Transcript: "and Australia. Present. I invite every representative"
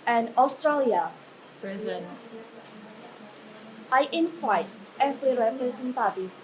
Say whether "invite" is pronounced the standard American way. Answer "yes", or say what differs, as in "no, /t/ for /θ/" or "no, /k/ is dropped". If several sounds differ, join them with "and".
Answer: no, /f/ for /v/